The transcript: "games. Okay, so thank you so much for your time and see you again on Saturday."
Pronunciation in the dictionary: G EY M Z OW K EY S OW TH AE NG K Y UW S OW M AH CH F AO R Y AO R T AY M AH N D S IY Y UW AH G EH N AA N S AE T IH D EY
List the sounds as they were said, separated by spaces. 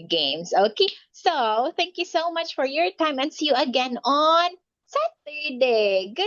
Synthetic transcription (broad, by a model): G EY M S OW K EY S OW TH AE NG K Y UW S OW M AH CH F AO R Y AO R T AY M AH N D S IY Y UW AH G EH N AA N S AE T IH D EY